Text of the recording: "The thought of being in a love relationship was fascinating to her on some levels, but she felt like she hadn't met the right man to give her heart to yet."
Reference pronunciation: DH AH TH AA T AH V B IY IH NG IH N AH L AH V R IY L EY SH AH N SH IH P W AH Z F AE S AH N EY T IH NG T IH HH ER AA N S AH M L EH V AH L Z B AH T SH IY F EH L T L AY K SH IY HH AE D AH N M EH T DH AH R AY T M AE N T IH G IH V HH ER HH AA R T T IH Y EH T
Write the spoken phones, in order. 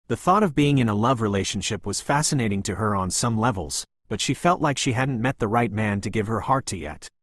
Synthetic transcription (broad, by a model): DH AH TH AA T AH V B IY IH NG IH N AH L AH V R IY L EY SH N SH IH P W AH Z F AE S AH N EY T IH NG T IH ER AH N S AH M L EH V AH L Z B AH T SH IY F EH L T L AY K SH IY HH AE D N M EH T DH AH R AY T M AE N T IH G IH V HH ER HH AA R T T IH Y EH T